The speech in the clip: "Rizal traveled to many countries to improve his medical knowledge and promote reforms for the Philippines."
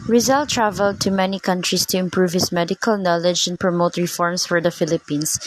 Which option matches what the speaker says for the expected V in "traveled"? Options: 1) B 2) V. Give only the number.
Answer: 2